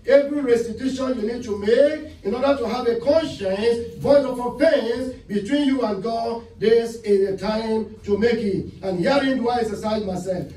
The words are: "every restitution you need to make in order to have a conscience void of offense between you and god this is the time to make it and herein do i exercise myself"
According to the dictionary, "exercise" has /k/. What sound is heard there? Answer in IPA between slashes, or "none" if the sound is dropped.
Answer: none